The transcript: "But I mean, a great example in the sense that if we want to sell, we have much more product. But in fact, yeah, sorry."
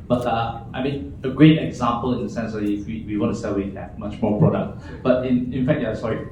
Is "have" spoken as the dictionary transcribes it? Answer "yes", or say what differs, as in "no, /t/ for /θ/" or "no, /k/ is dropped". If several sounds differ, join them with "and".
no, /p/ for /v/